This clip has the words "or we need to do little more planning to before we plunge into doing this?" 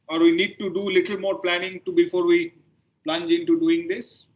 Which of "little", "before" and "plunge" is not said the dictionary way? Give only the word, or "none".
none